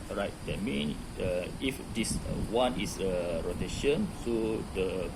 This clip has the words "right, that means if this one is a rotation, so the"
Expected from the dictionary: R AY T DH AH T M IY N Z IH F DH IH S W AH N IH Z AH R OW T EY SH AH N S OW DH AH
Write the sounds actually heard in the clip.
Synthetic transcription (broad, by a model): R AY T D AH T M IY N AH IH F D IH S W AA N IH S AH R OW T EY SH AH N S OW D AH